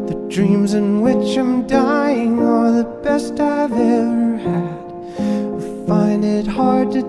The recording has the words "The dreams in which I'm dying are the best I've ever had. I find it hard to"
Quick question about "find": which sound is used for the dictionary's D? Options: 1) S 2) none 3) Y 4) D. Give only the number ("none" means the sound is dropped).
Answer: 4